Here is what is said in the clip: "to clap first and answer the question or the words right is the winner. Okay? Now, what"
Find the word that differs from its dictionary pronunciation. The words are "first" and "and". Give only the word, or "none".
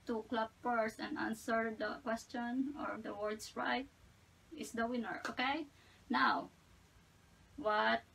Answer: first